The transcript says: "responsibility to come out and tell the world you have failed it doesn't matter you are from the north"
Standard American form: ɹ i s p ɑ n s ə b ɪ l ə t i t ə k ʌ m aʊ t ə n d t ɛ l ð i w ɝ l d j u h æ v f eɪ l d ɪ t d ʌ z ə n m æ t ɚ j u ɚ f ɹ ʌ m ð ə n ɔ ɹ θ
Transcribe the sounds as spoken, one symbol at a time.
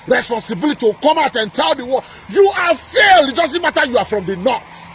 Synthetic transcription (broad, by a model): ɹ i s p ɑ n s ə b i l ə t i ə k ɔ m aʊ t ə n t ɛ l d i w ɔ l j u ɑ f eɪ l ɪ t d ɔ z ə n m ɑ t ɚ j u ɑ f ɹ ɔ m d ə n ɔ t